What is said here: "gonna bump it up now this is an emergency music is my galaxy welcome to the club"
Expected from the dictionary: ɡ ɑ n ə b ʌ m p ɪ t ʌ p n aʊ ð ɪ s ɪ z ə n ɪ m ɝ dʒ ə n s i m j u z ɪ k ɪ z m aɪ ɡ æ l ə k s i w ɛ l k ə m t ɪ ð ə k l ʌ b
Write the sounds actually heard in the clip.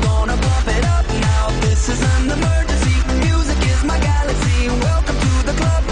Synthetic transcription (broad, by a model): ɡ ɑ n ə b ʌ p ɪ t ʌ p n aʊ ð ɪ s ɪ z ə n ɪ m ɝ dʒ ə n s i m j u z ɪ k ɪ z m aɪ ɡ æ l ə k s i w ɛ l k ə m t ɪ ð ə k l ʌ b